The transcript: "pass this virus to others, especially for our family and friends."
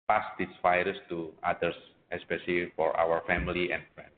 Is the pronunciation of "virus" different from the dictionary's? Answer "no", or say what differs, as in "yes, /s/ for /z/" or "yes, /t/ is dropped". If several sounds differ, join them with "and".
yes, /f/ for /v/